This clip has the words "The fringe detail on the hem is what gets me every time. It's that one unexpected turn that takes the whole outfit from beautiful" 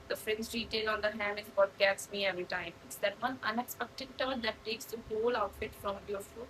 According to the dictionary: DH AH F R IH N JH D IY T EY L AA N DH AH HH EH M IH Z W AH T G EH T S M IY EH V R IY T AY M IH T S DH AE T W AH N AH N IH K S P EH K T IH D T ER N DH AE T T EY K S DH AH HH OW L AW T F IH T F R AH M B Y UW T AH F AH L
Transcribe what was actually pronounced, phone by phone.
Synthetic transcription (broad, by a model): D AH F R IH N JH D IY T EY L AA N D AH HH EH M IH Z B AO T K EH S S M IY EH V R IY T AY M IH T S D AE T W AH N AH N IH K S P EH K T IH D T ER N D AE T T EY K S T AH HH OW L AW T F IH T F R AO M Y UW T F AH